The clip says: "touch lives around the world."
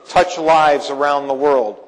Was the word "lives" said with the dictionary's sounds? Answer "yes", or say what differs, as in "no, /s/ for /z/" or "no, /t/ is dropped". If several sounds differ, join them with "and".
yes